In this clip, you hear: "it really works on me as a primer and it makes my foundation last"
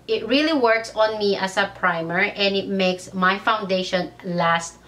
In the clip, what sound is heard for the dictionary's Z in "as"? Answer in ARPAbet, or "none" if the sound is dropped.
S